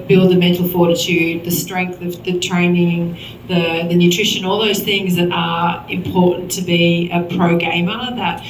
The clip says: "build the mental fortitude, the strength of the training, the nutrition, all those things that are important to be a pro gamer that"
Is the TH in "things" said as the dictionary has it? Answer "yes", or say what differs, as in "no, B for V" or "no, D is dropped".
yes